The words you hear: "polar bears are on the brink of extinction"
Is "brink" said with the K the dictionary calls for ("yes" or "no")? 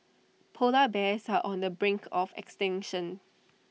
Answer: yes